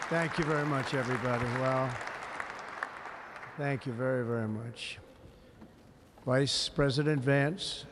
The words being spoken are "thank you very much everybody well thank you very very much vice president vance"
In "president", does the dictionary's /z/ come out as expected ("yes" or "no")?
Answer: yes